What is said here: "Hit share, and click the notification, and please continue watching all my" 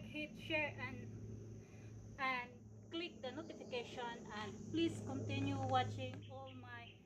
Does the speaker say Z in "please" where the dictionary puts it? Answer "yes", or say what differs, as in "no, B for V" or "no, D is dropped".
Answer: no, S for Z